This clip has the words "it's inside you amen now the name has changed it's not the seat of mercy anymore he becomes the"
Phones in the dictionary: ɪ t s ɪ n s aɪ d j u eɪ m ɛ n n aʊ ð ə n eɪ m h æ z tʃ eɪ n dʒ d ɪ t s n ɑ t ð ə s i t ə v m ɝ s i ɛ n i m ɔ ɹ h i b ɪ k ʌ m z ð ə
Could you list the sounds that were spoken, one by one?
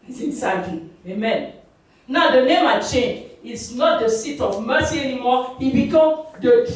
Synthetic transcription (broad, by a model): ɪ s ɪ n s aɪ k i eɪ m ɛ n n aʊ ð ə n eɪ m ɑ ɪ tʃ eɪ n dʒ ɪ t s n ɑ t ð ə s i t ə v m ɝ s i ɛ n i m ɔ h i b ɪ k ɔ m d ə